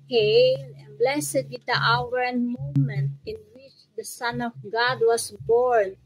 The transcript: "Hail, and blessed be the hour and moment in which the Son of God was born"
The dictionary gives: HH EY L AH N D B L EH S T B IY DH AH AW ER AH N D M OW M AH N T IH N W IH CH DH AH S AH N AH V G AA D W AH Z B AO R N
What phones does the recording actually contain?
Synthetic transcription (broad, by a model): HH EY L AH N B L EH S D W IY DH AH AW ER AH N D M OW M AH N T IH N W IH CH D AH S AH N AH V G AA D W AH S B AO R N